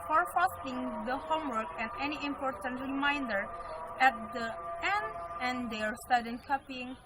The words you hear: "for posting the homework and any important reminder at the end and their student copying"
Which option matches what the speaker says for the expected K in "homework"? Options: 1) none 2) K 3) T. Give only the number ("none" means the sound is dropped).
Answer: 2